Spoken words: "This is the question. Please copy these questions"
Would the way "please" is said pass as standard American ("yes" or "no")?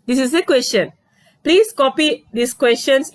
no